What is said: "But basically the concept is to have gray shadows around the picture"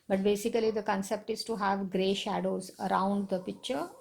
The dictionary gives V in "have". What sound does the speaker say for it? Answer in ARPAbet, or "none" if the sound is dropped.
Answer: V